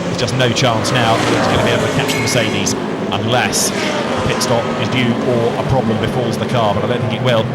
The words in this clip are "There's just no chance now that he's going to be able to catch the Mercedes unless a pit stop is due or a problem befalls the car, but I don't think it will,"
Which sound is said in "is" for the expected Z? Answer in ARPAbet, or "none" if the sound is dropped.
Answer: Z